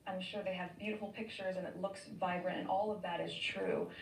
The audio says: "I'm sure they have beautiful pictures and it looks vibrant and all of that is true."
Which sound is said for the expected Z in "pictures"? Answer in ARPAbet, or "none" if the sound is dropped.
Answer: Z